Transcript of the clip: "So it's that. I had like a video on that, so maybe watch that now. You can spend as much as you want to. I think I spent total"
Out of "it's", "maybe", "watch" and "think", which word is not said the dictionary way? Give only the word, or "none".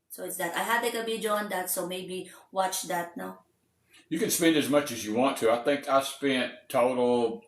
none